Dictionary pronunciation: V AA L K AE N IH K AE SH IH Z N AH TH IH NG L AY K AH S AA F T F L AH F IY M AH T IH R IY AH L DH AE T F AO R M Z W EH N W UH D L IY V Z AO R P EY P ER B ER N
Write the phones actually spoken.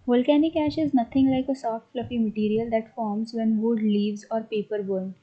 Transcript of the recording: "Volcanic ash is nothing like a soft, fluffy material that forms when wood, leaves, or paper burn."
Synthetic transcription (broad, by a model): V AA L K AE N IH K AE SH IH Z N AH T IH NG L AY K AH S AA F T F L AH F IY M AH T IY R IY AH L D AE T F AO R M Z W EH N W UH D L IY V Z AO R P EY P ER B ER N